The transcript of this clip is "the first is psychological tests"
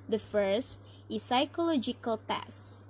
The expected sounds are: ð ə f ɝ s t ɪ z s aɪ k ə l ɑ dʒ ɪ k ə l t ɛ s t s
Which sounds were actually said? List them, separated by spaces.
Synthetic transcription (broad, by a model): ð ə f ɝ s t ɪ s aɪ k ə l ɑ dʒ ɪ k ə l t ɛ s s